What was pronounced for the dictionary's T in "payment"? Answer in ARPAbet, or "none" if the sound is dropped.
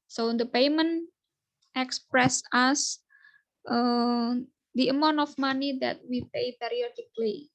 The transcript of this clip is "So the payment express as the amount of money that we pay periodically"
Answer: T